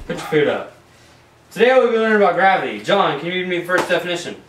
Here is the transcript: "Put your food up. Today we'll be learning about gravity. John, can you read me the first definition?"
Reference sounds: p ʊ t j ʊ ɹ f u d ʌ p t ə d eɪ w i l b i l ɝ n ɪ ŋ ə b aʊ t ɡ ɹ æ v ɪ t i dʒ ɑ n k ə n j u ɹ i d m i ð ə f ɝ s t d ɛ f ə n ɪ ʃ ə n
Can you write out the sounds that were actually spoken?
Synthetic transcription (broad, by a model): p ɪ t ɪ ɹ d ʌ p t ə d eɪ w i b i w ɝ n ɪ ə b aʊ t ɡ ɹ æ v ɪ t i dʒ ɑ n k ə n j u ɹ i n m i ð ə f ɝ s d ɛ f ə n ɪ ʃ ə n